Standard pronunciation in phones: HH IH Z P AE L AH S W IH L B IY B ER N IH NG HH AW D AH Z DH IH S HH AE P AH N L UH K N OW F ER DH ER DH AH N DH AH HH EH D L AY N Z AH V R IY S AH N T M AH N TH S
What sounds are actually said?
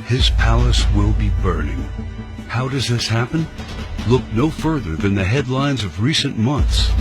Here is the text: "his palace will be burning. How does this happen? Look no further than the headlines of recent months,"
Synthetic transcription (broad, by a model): HH IH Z P AE L AH S W IH L B IY B ER N IH NG HH AW D AH Z DH IH S HH AE P AH N L UH K N OW F ER DH ER DH AH N DH AH HH EH D L AY N Z AH V R IY S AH N M AH N TH S